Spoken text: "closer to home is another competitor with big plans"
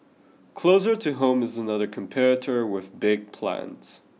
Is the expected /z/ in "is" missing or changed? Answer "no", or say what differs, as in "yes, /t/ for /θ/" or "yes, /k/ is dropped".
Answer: no